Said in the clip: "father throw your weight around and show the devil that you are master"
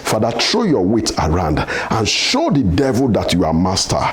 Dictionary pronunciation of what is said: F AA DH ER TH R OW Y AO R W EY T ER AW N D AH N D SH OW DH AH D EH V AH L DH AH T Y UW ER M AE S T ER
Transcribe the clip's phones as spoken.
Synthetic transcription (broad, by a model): F AA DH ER T R OW Y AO W EY T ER AW N D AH N SH OW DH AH D EH V AH L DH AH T Y UW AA M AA S T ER